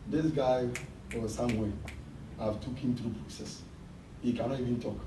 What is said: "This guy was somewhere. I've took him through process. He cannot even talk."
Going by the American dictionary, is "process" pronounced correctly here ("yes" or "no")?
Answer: yes